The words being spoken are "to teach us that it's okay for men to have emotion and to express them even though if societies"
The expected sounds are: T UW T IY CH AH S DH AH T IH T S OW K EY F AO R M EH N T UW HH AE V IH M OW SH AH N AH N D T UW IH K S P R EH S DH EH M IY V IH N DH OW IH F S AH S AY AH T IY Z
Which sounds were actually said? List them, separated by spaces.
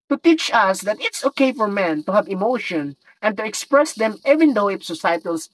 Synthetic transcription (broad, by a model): T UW T IY CH AH S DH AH T IH T S OW K EY F AO R M EH N T UW HH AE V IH M OW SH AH N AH N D T UW IH K S P R EH S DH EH M IY V IH N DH OW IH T S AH S AY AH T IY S